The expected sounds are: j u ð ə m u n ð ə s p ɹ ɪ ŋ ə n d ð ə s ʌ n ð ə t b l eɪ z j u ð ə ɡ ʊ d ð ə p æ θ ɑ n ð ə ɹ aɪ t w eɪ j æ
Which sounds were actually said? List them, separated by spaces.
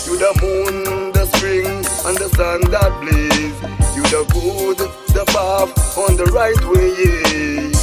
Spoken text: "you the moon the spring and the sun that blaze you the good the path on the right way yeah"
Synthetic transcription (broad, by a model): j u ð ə m u n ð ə s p ɹ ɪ ŋ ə n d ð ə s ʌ n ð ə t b l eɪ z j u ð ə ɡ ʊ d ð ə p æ f ɑ n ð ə ɹ aɪ t w eɪ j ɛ